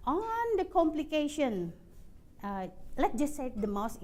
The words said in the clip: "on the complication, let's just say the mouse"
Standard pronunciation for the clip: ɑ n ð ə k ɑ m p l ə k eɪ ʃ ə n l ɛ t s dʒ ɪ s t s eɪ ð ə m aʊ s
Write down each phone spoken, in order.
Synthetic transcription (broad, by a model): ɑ n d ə k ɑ m p l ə k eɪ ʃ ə n l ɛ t dʒ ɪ s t s eɪ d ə m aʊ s